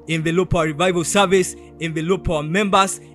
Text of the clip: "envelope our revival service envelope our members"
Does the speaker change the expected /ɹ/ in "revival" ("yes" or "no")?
no